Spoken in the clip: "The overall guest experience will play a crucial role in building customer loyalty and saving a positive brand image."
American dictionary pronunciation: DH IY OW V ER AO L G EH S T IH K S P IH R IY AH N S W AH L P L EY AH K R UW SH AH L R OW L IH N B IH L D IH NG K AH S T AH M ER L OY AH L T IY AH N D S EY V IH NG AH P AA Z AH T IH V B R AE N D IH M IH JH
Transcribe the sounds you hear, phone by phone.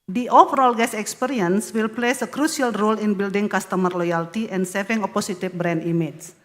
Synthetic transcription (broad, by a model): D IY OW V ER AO L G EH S IH K S P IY R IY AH N S W AH L P L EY AH K R UW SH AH L R OW L IH N B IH L D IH NG K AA S T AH M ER L OY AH L T IY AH N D S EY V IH NG AH P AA S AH T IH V B R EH N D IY M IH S